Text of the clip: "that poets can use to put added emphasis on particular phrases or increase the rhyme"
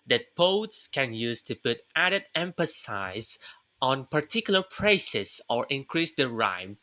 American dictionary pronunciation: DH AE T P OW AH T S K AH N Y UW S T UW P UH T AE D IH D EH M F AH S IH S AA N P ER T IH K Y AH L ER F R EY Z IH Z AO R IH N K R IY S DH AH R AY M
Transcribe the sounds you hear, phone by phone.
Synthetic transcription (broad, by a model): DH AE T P OW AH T S K AH N Y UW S T UW P UH T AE D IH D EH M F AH S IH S AA N P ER T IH K Y L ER P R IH S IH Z AO R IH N K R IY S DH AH R AY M